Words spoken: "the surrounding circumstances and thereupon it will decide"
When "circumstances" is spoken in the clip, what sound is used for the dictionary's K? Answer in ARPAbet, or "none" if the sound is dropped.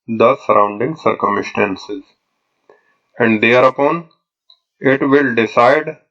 K